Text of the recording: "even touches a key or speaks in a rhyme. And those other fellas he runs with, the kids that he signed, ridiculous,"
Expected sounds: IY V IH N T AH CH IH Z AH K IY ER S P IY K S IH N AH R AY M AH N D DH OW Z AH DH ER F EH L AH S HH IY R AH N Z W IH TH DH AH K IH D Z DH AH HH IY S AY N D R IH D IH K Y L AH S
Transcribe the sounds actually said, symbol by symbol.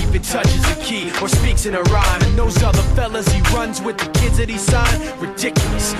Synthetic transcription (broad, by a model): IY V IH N T AH CH IH Z AH K IY ER S P IY K S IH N AH R AY M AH N DH OW Z AH DH ER F EH L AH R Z IY R AH N Z W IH DH AH K IH D Z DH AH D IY S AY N R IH D IH K Y L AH S